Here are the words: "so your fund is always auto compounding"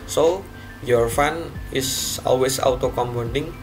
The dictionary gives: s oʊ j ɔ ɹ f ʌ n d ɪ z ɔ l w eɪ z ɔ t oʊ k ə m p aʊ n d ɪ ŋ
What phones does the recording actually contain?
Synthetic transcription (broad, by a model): s oʊ j ɔ ɹ f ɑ n ɪ s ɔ l w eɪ s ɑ t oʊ k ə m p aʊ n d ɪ ŋ